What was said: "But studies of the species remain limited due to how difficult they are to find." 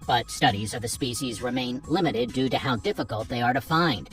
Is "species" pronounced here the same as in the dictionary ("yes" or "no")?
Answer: yes